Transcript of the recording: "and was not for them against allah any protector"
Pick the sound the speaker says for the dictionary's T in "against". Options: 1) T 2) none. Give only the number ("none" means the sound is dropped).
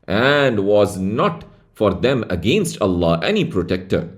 1